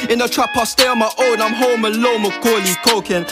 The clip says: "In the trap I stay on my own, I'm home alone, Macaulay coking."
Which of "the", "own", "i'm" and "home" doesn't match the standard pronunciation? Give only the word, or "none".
none